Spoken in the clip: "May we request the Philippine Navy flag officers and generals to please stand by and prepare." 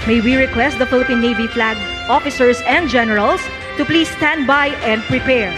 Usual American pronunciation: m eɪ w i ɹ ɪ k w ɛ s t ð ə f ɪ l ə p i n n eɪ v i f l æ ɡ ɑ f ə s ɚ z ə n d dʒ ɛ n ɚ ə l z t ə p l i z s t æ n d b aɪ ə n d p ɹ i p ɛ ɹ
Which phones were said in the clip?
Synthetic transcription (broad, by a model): m eɪ w i ɹ ɪ k w ɛ s t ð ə f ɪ l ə p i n n eɪ v i f l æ ɡ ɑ f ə s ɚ s ə n d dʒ ɛ n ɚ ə l s t ə p l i s t æ n d b aɪ ə n d p ɹ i p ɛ ɹ